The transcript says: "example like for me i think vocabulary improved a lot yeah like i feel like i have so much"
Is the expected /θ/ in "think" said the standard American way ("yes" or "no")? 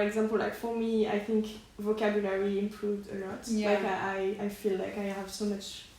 yes